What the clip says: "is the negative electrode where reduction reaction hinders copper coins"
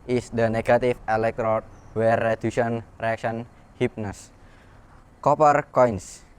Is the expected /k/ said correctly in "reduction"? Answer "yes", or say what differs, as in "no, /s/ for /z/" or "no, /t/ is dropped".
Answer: no, /k/ is dropped